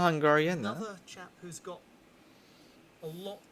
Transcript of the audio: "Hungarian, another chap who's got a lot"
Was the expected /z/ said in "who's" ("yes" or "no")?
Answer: yes